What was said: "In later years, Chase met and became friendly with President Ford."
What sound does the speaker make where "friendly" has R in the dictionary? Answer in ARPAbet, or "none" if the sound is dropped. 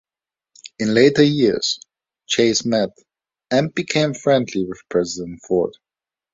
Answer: R